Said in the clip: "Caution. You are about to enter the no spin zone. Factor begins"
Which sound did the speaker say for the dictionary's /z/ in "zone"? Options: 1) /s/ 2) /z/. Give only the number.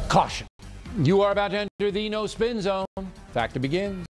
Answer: 2